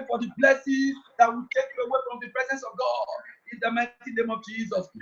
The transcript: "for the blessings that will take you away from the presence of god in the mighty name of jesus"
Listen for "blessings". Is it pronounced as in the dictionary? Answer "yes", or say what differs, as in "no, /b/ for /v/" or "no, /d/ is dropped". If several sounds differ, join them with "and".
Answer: no, /ŋ/ is dropped